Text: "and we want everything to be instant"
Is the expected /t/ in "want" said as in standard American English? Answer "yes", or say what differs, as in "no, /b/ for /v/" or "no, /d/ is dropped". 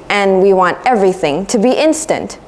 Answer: yes